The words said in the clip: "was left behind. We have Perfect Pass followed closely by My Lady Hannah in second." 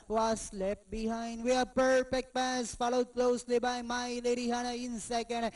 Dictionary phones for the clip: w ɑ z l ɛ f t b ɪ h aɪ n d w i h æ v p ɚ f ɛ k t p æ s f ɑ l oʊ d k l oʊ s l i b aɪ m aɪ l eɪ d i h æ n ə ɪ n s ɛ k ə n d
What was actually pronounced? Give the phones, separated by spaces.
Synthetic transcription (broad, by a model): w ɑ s l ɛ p b ɪ h aɪ n d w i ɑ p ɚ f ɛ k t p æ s f ɑ l oʊ d k l oʊ s l i b aɪ m aɪ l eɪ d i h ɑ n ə ɪ n s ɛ k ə n d